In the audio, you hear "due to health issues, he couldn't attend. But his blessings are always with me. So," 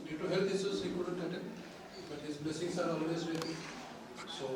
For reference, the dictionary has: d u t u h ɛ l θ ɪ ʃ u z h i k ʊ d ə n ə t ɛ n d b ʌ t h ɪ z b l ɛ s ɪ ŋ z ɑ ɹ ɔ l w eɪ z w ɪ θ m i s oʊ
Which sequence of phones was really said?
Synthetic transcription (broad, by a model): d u t u h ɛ l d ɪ s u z h i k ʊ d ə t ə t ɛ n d b ʌ t h ɪ z b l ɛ s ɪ ŋ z ɑ ɹ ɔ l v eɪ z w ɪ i s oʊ